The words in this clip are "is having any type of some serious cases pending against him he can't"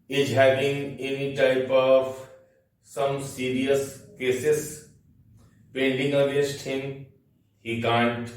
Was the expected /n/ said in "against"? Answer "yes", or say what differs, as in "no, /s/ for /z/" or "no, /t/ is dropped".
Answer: no, /n/ is dropped